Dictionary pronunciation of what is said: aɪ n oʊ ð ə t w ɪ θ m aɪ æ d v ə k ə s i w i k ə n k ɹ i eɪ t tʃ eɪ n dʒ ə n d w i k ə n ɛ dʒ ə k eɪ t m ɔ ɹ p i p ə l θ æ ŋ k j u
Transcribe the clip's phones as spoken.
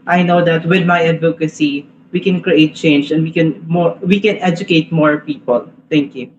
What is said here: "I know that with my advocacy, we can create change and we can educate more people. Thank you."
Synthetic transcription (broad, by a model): aɪ n oʊ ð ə t w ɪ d m aɪ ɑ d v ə k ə s i w i k ə n k ɹ i eɪ t tʃ eɪ n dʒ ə n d w i k ə n ɛ dʒ ə k eɪ t m ɔ ɹ p i p ə l t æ ŋ k j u